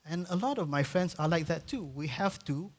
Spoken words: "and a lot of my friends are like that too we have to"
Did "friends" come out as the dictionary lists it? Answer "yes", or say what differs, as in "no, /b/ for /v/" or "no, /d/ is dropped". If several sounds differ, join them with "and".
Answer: no, /s/ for /z/